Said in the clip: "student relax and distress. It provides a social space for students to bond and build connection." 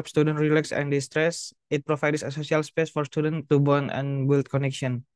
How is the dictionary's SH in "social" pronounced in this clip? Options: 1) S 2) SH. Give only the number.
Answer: 1